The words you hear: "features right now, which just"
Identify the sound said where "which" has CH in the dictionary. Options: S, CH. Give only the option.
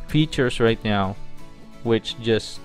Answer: CH